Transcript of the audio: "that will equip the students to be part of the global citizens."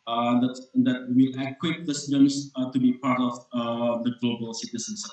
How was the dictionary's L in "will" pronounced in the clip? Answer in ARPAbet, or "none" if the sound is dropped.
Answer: W